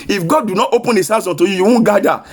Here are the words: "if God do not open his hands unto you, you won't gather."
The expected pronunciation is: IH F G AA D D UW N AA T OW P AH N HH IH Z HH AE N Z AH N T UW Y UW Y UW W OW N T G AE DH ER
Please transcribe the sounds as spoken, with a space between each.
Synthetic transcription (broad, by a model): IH F G AA D D UW N AA T OW P AH N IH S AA Z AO N T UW Y UW Y UW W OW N G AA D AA